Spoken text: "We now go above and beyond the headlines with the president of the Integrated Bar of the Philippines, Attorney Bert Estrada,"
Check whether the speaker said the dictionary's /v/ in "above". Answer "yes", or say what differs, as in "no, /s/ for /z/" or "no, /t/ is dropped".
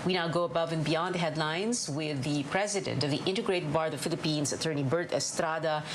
yes